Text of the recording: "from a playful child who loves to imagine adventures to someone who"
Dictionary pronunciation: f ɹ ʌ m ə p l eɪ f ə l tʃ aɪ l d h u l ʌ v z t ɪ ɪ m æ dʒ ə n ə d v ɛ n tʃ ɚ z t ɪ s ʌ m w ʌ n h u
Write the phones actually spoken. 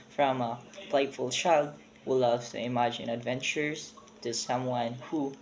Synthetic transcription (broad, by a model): f ɹ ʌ m ə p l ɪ f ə l tʃ aɪ l d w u l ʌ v t ɪ ɪ m æ dʒ ə n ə d v ɛ n tʃ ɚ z t ɪ s ʌ m w ʌ n h u